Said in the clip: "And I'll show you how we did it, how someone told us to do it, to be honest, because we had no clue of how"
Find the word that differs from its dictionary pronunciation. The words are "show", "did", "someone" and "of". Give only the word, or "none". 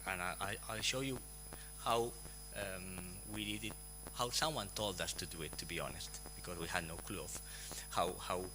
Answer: of